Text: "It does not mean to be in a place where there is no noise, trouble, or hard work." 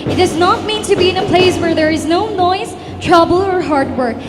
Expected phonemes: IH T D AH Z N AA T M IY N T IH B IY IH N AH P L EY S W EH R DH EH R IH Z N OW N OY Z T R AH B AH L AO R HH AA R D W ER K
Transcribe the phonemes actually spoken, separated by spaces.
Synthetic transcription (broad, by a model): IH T D AH Z N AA T M IY N T IH B IY IH N AH P L EY S W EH R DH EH R IH Z N OW N OY Z T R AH B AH L AO R HH AA R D W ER K